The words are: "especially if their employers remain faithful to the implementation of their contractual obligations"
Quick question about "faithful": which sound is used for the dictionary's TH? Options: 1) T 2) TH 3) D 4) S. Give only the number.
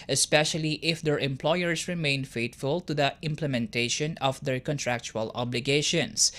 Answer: 1